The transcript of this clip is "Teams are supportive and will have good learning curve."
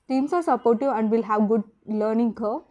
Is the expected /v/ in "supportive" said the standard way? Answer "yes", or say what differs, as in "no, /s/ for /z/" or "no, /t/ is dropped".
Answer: no, /v/ is dropped